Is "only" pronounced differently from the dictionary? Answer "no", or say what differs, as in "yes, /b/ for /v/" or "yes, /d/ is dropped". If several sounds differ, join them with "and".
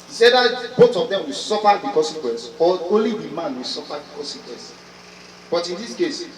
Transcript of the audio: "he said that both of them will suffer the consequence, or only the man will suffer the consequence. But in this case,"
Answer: yes, /n/ is dropped